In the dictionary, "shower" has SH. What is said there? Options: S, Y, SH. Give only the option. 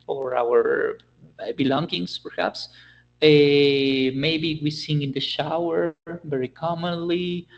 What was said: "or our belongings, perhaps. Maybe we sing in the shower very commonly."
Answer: SH